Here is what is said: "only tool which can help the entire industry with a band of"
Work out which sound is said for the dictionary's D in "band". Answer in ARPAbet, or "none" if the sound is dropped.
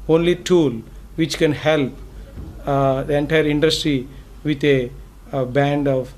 D